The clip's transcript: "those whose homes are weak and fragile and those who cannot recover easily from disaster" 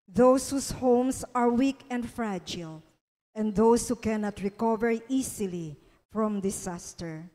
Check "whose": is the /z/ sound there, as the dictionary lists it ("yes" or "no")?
no